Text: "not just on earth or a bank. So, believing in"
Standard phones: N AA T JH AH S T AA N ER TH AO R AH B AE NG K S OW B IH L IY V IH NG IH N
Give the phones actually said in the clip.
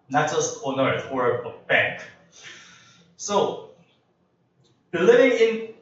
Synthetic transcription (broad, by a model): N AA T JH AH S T AA N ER T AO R AH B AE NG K S OW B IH L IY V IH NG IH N